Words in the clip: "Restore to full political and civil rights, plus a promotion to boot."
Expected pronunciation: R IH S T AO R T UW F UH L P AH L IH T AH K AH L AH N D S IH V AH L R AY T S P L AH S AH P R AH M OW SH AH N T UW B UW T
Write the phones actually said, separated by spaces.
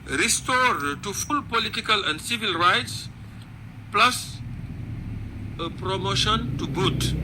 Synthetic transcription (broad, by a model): R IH S T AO R T UW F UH L P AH L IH T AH K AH L AH N D S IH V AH L R AY T S P L AH S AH P R AH M OW SH AH N T UW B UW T